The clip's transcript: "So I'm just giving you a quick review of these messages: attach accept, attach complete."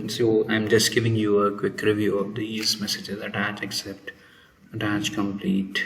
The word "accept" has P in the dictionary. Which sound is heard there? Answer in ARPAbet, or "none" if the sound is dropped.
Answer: P